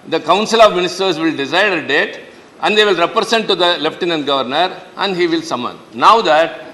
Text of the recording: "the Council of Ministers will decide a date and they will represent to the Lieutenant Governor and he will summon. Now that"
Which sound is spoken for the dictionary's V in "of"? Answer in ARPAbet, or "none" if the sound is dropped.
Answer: V